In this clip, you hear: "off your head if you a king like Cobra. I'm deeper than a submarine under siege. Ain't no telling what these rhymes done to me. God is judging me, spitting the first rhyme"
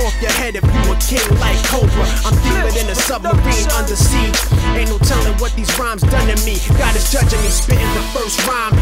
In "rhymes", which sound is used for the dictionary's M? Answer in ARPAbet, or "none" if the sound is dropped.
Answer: M